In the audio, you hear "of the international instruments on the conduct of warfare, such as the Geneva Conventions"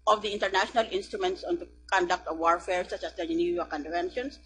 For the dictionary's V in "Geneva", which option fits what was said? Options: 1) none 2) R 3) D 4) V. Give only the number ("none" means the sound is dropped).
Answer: 1